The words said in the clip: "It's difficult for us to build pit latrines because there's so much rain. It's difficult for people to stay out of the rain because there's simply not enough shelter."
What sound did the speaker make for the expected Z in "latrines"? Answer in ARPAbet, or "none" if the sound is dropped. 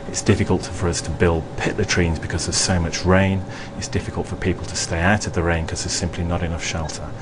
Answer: Z